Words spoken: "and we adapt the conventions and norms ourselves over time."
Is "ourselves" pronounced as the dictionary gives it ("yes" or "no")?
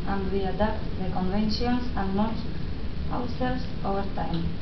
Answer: no